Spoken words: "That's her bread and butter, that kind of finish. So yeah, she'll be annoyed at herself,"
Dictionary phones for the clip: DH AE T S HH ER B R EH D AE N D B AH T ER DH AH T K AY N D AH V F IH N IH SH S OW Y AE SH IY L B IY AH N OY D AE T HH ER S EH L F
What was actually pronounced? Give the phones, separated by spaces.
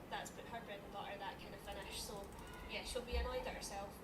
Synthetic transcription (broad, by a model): DH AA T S HH ER B R EH D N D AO T ER DH AH T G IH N AH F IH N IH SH S OW Y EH SH IY L B IY AH N OY D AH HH ER S EH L F